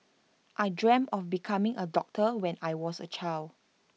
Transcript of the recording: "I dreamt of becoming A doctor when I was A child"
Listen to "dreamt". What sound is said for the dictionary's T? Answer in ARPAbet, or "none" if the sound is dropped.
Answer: none